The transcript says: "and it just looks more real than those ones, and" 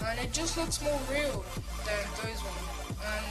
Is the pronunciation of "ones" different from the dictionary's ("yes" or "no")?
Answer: yes